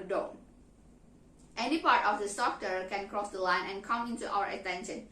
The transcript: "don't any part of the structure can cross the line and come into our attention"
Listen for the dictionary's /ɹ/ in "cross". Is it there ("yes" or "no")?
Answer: yes